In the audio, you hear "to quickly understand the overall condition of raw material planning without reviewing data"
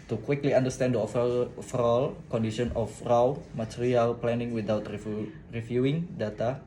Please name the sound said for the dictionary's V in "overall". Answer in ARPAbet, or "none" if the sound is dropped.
F